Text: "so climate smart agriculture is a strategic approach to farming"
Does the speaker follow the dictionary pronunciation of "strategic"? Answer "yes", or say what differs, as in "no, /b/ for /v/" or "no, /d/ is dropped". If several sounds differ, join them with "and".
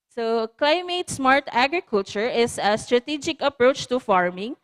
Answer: yes